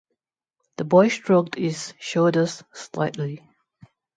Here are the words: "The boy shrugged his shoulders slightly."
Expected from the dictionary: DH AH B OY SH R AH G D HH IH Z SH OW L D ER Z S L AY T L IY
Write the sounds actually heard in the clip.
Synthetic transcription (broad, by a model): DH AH B OY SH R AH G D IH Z SH OW D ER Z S L AY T L IY